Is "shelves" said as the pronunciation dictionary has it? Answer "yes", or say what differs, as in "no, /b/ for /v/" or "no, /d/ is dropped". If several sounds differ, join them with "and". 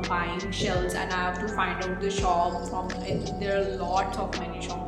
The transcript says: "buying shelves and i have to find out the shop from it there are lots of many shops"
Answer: no, /v/ is dropped